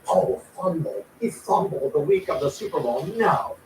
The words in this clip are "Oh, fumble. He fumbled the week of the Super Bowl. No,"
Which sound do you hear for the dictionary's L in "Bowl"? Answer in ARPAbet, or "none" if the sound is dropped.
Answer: N